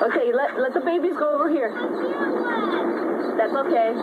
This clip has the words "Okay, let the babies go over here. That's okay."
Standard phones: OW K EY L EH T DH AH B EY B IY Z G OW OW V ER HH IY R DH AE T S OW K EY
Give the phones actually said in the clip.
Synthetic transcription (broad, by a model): OW K EY L EH T DH AH B EY B IY Z G OW OW V ER HH IY R DH AE T S OW K EY